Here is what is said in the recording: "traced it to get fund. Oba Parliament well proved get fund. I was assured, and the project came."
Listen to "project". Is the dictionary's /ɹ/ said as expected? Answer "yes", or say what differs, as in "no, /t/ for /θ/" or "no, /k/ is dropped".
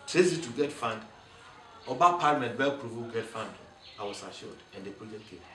no, /ɹ/ is dropped